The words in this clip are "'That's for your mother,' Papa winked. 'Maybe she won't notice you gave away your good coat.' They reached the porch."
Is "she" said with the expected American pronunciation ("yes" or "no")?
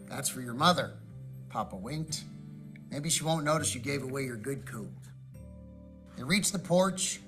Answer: yes